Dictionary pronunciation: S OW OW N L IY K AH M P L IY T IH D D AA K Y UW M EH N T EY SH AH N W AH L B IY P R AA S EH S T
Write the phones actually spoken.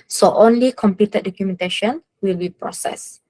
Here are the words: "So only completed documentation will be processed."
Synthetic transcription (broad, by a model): S OW OW N L IY K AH M P IY T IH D D AA K Y UW M EH N T EY SH AH N W AH L B IY P R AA S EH S